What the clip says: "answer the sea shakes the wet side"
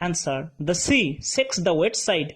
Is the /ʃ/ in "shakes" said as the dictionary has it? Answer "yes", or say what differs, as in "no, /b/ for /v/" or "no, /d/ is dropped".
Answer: no, /s/ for /ʃ/